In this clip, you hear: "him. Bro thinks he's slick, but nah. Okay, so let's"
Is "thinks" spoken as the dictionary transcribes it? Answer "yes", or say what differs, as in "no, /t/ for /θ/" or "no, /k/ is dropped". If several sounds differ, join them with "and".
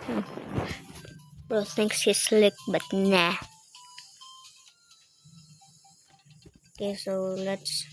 no, /s/ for /θ/